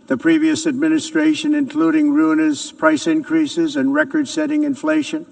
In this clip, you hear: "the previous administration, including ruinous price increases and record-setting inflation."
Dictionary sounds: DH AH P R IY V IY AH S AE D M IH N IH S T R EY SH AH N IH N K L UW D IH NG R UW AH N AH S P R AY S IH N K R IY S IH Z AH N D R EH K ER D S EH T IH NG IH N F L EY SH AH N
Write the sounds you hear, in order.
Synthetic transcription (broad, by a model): DH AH P R IY V IY AH S AE D M IH N IH S T R EY SH AH N IH N K L UW D IH NG R UW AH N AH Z P R AY S IH N K R IY S IH Z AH N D R EH K ER D S EH T IH NG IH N F L EY SH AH N